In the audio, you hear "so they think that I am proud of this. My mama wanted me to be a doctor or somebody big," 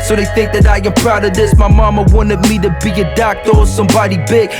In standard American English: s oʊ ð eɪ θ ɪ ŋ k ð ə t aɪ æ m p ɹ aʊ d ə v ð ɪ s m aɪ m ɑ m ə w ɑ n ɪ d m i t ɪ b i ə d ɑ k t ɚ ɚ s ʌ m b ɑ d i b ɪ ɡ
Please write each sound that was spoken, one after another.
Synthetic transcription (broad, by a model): s oʊ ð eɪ θ ɪ ŋ k ð ə t aɪ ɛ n p ɹ aʊ d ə ð ɪ s m aɪ m ɑ m ə w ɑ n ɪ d m i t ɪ b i ə d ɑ k t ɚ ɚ s ʌ m b ɑ d i b ɪ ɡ